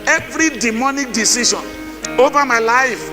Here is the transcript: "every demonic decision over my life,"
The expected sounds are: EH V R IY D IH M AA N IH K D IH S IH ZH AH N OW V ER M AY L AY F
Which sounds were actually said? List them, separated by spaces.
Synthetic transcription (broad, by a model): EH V R IY D IH M AA N IH K D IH S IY SH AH N OW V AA M AY L AY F